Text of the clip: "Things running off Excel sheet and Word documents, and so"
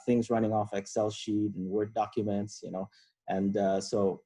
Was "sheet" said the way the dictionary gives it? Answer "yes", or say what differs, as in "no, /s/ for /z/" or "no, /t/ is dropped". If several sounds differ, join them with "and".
yes